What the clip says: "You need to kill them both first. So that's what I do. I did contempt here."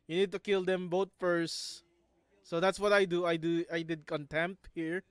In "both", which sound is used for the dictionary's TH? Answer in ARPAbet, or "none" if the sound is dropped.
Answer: T